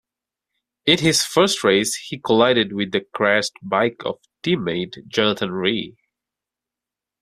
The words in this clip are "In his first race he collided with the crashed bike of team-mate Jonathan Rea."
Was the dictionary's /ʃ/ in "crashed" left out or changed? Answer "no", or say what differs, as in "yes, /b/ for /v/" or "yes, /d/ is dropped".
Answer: yes, /s/ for /ʃ/